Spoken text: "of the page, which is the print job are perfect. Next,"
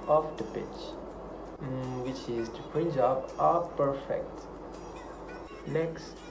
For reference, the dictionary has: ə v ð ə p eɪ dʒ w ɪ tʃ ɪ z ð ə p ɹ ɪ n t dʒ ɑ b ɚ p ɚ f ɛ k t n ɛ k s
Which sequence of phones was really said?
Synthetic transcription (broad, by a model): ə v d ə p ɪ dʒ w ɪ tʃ ɪ z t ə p ɪ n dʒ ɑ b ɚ p ɚ f ɛ k t n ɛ k s